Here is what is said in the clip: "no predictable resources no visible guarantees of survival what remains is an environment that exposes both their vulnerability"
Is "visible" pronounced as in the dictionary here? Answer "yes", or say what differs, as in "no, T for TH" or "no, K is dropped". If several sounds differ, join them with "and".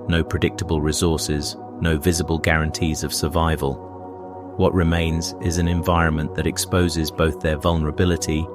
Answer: yes